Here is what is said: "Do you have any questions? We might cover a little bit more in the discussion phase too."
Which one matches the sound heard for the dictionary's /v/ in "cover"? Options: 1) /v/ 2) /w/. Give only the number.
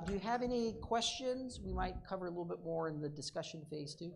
1